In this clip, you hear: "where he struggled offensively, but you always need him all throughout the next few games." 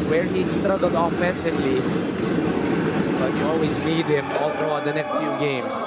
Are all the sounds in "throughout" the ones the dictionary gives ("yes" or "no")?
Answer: no